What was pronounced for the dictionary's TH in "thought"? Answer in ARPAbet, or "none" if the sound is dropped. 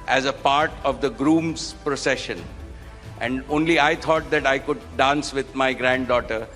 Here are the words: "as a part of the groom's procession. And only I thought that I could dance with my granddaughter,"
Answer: T